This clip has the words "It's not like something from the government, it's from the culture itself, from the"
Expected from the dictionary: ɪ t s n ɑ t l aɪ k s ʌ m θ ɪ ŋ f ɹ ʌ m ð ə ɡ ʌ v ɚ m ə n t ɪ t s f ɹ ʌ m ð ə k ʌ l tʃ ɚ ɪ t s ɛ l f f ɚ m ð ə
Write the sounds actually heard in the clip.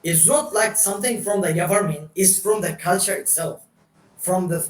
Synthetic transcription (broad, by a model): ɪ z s n ɑ t l aɪ k s ʌ m θ ɪ ŋ f ɹ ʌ m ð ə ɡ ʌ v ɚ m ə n ɪ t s f ɹ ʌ m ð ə k ʌ l tʃ ɚ ɪ t s ɛ l f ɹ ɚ m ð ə